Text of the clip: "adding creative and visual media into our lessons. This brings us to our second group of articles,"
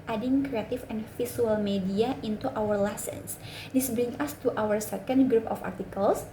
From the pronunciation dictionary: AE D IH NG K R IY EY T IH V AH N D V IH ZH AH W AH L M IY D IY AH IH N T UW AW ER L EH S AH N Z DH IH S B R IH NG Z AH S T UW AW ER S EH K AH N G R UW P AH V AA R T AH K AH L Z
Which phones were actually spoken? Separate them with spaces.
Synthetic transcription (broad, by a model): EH D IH NG K R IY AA T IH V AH N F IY S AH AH L M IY D IY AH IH N T UW AW ER L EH S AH N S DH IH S B R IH NG AH S T UW AW ER S EH K AH N G R UW P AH F AA R T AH K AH L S